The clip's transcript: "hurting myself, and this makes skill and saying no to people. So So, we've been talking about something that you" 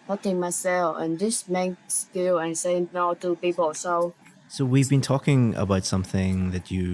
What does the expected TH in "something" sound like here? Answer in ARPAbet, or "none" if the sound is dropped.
TH